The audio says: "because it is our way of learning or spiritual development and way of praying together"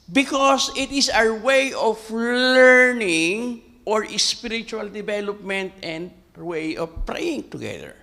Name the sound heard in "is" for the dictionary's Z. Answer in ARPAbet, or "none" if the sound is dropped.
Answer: S